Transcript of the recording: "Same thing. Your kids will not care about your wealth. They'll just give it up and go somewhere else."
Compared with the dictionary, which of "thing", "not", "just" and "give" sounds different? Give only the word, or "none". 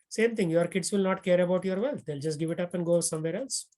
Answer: thing